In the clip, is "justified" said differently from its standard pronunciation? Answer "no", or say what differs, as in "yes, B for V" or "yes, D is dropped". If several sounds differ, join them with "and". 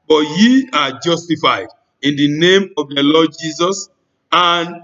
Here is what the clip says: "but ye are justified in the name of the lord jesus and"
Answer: no